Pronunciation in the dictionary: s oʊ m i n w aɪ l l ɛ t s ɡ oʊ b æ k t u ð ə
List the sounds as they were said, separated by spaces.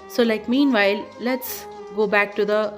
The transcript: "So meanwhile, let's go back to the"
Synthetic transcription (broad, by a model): s oʊ m i n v aɪ l l ɛ t s ɡ oʊ b æ k t u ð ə